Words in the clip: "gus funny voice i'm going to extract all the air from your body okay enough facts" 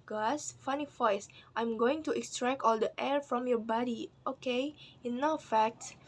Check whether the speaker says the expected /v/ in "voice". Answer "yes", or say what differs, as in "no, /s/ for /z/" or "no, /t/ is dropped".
no, /f/ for /v/